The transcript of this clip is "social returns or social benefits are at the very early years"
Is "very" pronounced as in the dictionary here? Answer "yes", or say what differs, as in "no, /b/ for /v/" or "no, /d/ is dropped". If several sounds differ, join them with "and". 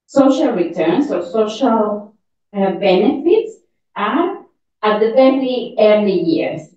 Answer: no, /l/ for /ɹ/